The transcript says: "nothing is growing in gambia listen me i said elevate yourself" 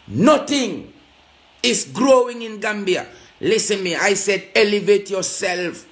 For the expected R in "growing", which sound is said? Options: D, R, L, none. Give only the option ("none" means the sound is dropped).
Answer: R